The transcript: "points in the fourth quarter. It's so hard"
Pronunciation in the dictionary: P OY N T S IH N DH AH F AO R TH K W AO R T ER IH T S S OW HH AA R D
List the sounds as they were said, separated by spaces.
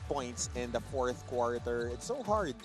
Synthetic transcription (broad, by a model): P OY N T S IH N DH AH F AO R TH K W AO R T ER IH T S S OW HH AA R D